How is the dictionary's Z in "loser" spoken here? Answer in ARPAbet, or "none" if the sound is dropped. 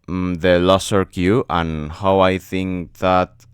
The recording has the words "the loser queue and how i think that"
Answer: S